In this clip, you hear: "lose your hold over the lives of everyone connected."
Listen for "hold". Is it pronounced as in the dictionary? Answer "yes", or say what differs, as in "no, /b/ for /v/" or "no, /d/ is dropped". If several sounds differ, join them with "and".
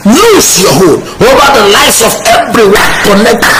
no, /d/ is dropped